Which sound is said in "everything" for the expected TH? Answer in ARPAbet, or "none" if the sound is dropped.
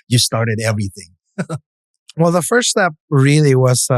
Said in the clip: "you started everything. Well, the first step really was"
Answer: TH